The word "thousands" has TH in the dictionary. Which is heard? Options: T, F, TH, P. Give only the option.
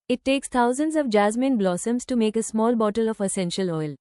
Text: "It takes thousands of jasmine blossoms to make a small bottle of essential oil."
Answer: T